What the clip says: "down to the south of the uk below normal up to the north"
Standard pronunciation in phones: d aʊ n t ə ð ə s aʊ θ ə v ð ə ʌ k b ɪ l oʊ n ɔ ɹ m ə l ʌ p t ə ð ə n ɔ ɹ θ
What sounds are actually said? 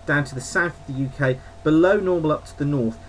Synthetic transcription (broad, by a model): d aʊ n t ə ð ə s aʊ θ ə v ð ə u k b ɪ l oʊ n ɔ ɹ m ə l ʌ p t ə ð ə n ɔ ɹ θ